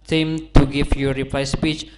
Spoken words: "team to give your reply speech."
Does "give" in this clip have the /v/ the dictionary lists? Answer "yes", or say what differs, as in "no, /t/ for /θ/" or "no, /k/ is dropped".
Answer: no, /f/ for /v/